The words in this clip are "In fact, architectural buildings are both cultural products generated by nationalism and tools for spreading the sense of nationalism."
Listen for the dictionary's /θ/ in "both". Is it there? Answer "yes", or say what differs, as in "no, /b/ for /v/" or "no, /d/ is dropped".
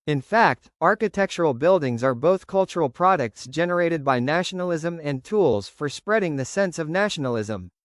yes